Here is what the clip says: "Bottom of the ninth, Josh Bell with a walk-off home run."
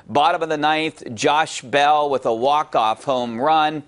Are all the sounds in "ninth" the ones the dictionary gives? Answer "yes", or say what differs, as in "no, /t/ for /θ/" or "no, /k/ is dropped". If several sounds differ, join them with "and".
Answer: yes